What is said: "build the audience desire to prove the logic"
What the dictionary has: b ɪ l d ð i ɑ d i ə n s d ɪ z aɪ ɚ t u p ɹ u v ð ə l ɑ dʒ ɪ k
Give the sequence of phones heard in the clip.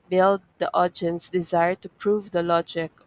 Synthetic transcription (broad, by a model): b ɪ l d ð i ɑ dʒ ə n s d ɪ z aɪ ɚ t u p ɹ u v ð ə l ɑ dʒ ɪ k